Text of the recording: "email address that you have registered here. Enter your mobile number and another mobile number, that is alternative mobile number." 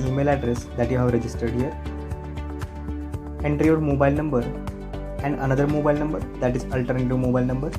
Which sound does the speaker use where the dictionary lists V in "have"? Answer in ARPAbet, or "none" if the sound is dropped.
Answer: V